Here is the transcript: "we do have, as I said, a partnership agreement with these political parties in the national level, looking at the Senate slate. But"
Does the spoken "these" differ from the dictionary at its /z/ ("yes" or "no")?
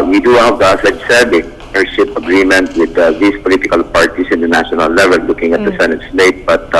yes